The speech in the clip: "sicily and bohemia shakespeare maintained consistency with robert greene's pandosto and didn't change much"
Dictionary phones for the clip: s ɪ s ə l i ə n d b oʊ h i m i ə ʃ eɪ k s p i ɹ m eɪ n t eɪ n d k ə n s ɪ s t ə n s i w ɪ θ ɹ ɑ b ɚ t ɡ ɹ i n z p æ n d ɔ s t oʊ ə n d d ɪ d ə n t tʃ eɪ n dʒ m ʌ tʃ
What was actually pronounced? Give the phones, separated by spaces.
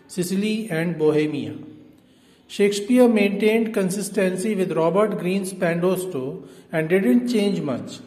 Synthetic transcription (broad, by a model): s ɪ s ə l i ə n d b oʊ h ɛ m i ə ʃ eɪ k s p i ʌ m eɪ n t eɪ n d k ə n s ɪ s t ə n s i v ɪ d ɹ ɑ b ɚ t ɡ ɹ i n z p æ n d ɔ s t oʊ ə n d d ɪ d ə n t tʃ eɪ n dʒ m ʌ tʃ